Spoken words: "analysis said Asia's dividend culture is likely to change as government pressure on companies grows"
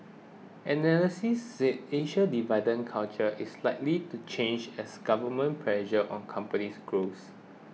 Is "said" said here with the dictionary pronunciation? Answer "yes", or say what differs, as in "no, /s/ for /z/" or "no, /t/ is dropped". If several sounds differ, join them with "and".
no, /d/ is dropped